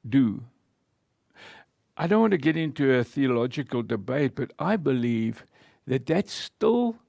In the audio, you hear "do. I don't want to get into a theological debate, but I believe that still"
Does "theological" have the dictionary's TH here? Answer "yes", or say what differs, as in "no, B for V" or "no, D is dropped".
yes